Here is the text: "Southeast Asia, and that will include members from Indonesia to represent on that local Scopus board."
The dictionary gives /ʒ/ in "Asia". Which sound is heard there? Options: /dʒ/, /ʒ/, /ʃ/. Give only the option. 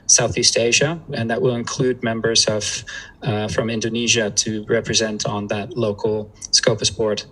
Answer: /ʒ/